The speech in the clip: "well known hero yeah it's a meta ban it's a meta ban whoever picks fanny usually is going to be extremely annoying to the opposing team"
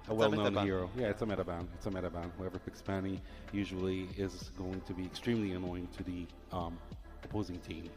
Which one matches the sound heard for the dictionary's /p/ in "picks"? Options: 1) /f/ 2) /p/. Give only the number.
1